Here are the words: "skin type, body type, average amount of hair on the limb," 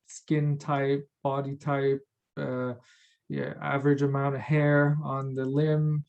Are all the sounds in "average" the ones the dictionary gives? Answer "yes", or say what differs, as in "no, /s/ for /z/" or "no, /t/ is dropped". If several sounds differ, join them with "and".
yes